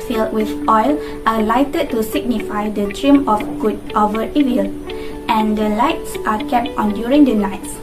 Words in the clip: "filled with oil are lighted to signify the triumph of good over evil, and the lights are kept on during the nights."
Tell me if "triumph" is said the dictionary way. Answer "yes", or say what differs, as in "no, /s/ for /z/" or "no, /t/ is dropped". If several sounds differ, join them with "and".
no, /f/ is dropped